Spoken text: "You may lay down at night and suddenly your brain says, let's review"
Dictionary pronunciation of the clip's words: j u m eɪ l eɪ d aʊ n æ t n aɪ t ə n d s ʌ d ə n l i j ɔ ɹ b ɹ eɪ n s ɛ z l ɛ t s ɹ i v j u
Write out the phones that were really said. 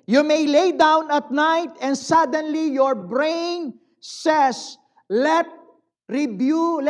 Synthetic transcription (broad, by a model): j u m eɪ l eɪ d aʊ n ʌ t n aɪ t ə n d s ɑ d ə n l i j ɔ ɹ b ɹ eɪ n s ɛ s l ɛ t ɹ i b j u